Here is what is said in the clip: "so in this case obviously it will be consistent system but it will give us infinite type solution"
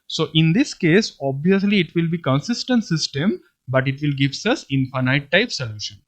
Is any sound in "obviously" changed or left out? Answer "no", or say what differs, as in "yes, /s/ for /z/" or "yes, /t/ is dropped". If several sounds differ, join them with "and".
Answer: no